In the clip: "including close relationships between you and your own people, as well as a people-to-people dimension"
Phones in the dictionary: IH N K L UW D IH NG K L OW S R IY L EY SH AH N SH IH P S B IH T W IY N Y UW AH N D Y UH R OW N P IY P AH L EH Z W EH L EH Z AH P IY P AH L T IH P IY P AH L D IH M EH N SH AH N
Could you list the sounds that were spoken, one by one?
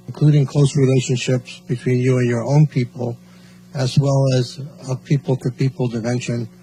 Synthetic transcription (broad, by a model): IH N K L UW D IH NG K L OW S R IY L EY SH AH N SH IH P S B IH T W IY N Y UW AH N Y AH R OW N P IY P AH L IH Z W EH L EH Z AH P IY P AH L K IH P IY P L D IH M EH N SH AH N